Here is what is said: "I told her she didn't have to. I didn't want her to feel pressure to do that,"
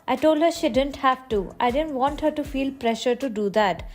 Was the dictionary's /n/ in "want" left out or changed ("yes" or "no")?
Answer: no